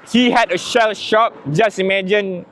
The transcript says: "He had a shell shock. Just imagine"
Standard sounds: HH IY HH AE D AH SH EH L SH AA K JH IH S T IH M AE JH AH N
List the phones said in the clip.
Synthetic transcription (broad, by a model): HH IY HH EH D AH SH EH L SH AA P JH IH S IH M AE JH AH N